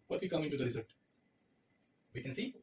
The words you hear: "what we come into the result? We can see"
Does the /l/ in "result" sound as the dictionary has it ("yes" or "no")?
no